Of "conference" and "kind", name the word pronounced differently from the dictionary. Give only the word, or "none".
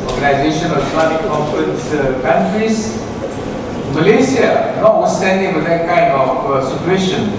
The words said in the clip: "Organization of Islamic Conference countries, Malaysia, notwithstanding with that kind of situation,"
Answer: conference